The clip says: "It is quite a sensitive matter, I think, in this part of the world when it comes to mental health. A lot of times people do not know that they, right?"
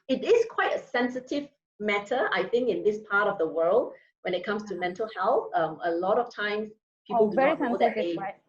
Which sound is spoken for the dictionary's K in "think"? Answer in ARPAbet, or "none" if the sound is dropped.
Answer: K